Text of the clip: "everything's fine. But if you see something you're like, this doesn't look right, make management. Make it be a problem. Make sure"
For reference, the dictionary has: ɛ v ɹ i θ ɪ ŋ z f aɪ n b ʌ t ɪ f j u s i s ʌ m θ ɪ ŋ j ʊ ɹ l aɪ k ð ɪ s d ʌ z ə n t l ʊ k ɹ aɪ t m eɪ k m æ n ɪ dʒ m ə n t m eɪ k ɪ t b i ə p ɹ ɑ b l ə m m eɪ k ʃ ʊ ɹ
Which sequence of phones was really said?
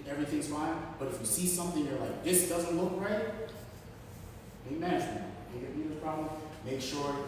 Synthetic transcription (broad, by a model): ɛ v ɹ i θ ɪ ŋ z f aɪ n b ʌ t ɪ f j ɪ s i s ʌ m θ ɪ ŋ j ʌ ɹ l aɪ k ð ɪ s d ʌ z ə n t l ʊ k ɹ aɪ t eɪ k m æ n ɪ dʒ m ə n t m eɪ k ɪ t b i ə p ɹ ɑ b l ə m m eɪ k ʃ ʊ ɹ